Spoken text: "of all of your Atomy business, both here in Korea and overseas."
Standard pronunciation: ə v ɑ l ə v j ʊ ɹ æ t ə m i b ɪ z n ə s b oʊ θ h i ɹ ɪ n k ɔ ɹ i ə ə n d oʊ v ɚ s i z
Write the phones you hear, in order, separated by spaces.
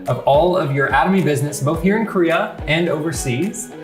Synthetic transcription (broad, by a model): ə v ɑ l ə v j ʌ ɹ æ t ə m i b ɪ z n ə s b oʊ θ h i ɹ ɪ n k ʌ ɹ i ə ə n d oʊ v ɚ s i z